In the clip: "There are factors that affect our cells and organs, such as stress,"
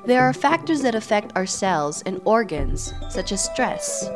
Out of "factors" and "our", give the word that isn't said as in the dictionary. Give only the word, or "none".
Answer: none